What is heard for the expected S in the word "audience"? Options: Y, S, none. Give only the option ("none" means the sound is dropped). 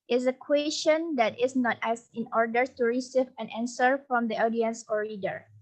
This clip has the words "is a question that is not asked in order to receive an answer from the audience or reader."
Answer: S